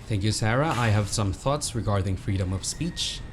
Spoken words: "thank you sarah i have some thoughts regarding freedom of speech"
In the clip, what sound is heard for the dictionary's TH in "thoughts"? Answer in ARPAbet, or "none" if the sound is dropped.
TH